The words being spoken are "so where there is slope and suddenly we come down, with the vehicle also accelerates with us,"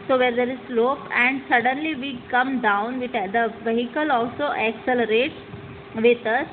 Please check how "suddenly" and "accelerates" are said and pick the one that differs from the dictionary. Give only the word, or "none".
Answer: none